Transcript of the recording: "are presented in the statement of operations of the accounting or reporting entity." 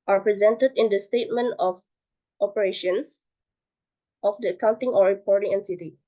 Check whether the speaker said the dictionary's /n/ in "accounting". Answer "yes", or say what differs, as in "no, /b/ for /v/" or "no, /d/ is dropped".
yes